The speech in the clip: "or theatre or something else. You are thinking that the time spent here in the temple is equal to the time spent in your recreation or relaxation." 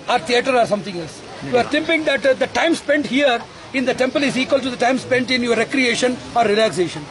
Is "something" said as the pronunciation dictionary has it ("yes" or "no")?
no